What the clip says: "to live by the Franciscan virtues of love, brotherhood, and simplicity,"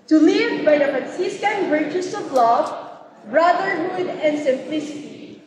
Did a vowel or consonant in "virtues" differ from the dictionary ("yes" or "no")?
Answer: yes